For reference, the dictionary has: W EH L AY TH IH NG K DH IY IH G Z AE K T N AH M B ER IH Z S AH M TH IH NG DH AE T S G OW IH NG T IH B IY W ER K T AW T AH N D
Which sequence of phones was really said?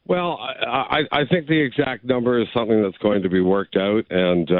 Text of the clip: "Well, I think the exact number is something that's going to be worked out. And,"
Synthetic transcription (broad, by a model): W EH L AY TH IH NG K DH IY IH G Z AE K T N AH M B ER IH Z S AH M TH IH NG DH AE T S G OW IH NG T IH B IY W ER K T AW T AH N